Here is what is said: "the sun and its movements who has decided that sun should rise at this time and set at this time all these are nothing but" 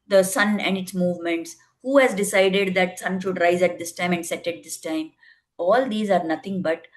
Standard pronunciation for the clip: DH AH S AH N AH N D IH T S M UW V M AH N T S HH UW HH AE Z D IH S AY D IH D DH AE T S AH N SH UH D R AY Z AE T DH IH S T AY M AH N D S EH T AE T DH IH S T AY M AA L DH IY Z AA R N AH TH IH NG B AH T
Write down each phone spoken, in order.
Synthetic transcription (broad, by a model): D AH S AH N AH N D IH T S M UW V M AH N T S HH UW HH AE Z D IH S AY D IH D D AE T S AH N SH UH D R AY Z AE T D IH S T AY M AH N D S EH T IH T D IH S T AY M AA L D IY Z AA R N AH T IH NG B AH T